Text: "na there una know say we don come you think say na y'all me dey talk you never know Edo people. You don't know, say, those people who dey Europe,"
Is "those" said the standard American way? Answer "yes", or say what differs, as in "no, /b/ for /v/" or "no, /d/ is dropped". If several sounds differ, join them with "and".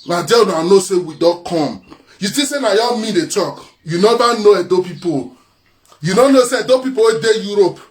no, /z/ is dropped